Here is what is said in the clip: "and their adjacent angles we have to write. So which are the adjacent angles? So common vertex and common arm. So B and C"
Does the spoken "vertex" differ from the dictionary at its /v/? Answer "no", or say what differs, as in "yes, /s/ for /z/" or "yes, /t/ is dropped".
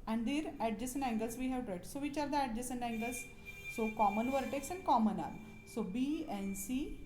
no